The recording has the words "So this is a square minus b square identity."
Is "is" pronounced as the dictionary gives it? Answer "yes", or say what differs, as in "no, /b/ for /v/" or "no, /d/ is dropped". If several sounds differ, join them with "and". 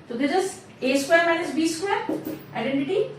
no, /s/ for /z/